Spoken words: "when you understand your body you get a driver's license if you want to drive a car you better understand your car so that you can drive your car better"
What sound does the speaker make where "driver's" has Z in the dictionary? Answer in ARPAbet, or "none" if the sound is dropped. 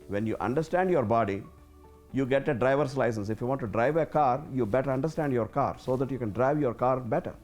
S